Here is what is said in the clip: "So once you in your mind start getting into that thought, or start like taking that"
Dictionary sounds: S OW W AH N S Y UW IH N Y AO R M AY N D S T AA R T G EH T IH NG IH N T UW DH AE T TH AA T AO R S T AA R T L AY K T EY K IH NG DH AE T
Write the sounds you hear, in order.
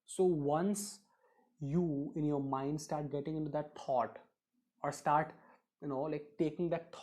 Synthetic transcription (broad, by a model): S OW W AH N S Y UW IH N Y AO R M AY N D S T AA R T G EH T IH NG IH N T UW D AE T T AA T AO R S T AA R T L AY K T EY K IH NG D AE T